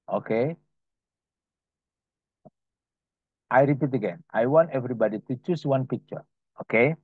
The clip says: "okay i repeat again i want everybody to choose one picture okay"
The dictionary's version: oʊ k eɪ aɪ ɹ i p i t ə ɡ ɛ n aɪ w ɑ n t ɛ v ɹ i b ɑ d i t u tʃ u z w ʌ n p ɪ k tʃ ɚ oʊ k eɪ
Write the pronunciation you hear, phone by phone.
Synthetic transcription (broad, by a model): oʊ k eɪ aɪ ɹ i p i t ə ɡ ɛ n aɪ w ɑ n t ɛ v ɹ i b ɑ d i t u tʃ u s w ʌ n p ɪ k tʃ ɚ oʊ k eɪ